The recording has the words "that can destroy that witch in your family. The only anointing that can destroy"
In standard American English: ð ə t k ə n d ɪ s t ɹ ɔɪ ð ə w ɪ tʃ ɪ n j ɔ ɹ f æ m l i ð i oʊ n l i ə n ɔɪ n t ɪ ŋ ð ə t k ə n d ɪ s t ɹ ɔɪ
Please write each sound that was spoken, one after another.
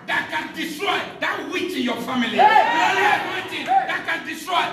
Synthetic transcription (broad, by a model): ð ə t k ə n d ɪ s t ɹ ɔɪ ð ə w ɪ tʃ ɪ n j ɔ f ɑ m i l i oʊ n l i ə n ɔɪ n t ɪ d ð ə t k ə n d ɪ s t ɹ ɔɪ